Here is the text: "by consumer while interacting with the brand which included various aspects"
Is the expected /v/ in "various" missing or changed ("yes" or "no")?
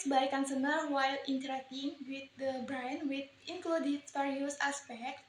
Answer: yes